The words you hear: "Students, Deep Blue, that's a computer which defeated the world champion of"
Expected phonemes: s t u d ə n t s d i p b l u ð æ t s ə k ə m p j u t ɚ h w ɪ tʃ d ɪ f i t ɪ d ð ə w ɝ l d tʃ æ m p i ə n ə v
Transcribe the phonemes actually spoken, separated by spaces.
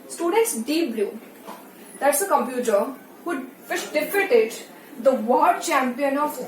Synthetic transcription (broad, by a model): s t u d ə n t s d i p b l u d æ t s ə k ə m p j u t ɚ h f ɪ ʃ d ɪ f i t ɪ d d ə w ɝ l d tʃ æ m p i ə n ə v